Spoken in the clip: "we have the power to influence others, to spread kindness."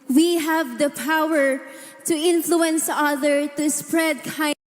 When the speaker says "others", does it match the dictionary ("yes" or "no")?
no